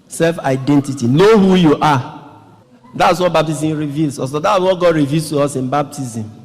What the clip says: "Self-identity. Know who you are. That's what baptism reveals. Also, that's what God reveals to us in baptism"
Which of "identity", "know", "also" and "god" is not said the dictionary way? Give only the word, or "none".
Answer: also